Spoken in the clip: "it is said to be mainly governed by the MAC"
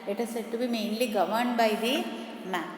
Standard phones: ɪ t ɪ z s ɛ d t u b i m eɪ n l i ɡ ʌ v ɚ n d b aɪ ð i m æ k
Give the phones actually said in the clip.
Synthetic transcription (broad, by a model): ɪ t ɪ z s ɛ d t u b i m eɪ n l i ɡ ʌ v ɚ n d b aɪ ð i m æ